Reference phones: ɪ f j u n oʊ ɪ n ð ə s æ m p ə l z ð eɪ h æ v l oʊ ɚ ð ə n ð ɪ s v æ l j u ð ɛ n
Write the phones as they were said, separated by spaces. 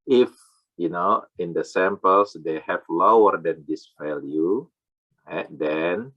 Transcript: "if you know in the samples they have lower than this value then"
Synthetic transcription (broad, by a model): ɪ f j u n oʊ ɪ n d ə s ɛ m p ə l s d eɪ h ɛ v l oʊ ɚ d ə n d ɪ s f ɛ l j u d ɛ n